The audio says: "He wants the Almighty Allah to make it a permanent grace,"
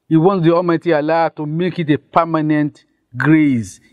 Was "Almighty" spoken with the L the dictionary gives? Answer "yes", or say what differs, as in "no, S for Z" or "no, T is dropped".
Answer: no, L is dropped